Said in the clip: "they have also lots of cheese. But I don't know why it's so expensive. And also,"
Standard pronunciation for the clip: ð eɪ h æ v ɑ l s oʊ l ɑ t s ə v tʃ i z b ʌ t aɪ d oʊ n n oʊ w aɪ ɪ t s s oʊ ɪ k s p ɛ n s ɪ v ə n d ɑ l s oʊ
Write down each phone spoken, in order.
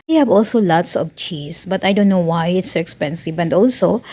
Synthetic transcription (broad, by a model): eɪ h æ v ɑ l s oʊ l ɑ t s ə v tʃ i s b ʌ t aɪ d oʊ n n oʊ w aɪ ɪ t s s oʊ ɪ k s p ɛ n s ɪ v ə n d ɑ l s oʊ